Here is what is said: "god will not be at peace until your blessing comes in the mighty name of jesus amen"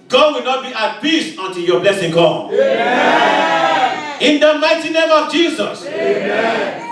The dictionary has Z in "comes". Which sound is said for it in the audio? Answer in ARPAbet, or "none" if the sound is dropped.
none